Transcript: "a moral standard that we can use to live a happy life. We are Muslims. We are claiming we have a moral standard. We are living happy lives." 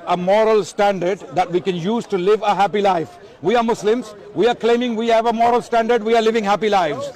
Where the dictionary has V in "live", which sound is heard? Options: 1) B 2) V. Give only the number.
2